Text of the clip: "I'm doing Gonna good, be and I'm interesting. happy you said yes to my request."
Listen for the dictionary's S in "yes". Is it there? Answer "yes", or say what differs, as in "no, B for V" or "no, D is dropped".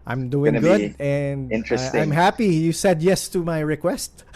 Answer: yes